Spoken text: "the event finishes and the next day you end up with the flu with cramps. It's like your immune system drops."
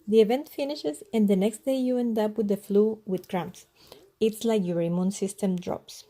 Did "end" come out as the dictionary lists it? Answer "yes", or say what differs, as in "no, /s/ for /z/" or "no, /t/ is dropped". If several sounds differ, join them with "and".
yes